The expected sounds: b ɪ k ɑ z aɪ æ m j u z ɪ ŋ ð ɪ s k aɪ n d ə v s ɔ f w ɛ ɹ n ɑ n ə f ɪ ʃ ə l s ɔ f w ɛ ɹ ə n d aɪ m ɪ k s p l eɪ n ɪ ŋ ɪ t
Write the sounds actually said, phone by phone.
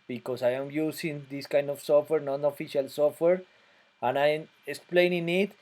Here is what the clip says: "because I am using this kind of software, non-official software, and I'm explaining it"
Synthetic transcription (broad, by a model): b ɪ k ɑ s aɪ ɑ m j u s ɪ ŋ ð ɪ s k aɪ n d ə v s ɔ f w ɛ ɹ n ɑ n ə f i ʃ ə l s ɔ f w ɛ ɹ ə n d aɪ m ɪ k s p l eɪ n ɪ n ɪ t